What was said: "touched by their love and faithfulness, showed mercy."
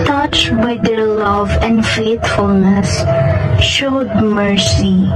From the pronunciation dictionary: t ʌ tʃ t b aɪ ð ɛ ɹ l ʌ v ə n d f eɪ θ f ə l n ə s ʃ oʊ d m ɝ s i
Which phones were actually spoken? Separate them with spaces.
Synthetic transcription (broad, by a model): t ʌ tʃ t b aɪ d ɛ ɹ l ʌ v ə n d f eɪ t f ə l n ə s ʃ oʊ d m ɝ s i